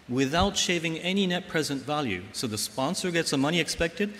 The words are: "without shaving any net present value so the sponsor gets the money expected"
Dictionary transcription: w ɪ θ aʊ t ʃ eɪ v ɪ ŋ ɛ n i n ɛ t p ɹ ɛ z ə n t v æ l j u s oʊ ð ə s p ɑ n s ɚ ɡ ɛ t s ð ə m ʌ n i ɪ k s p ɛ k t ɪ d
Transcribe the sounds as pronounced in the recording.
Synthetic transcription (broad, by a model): w ɪ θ aʊ t ʃ eɪ v ɪ ŋ ɛ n i n ɛ t p ɹ ɛ z ə n t v æ l j u s oʊ ð ə s p ɑ n s ɚ ɡ ɛ t s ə m ʌ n i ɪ k s p ɛ k t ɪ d